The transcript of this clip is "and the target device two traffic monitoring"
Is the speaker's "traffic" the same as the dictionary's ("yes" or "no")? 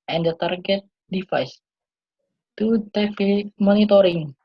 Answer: no